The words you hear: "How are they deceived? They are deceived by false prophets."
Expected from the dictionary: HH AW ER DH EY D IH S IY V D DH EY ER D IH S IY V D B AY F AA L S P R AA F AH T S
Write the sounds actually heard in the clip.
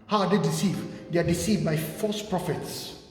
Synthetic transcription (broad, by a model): HH AW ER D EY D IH S IY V D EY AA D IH S IY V B AY F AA S P R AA F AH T S